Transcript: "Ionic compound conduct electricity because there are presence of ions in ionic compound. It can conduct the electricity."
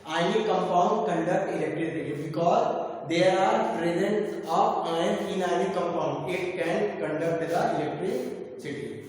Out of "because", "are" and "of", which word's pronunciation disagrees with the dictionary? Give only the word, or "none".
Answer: of